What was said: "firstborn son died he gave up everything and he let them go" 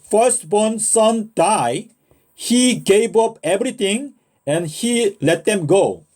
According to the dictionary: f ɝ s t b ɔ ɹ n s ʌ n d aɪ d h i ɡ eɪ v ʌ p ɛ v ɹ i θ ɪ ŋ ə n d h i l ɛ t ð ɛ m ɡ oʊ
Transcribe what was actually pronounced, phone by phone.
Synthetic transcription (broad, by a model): f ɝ s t b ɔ n s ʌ n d aɪ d h i ɡ eɪ v ʌ p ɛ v ɹ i t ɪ ŋ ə n h i l ɛ t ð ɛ m ɡ oʊ